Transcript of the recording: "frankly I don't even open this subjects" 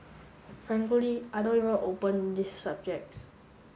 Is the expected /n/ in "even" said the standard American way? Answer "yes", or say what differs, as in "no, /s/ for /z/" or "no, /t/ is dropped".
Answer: no, /n/ is dropped